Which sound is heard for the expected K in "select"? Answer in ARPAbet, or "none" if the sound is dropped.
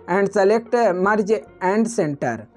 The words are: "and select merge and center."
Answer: K